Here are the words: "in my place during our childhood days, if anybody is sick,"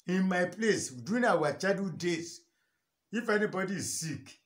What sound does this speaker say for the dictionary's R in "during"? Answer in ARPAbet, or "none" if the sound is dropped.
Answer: none